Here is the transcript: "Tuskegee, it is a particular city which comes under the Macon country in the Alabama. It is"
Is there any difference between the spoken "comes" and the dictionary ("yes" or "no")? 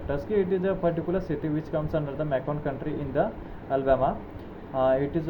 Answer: yes